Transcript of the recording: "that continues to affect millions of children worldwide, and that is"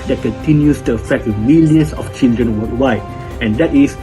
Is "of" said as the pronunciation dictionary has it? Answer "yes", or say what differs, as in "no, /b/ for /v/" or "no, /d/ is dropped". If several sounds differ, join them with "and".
no, /f/ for /v/